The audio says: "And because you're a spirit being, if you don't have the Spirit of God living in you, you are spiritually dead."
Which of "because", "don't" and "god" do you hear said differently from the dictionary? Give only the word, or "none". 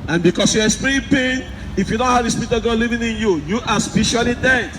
because